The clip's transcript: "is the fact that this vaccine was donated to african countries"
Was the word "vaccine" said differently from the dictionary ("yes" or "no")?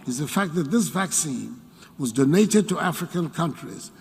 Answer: no